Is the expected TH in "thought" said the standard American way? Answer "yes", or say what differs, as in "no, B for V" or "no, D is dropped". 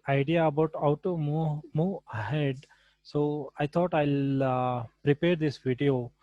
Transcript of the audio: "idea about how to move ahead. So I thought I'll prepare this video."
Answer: no, T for TH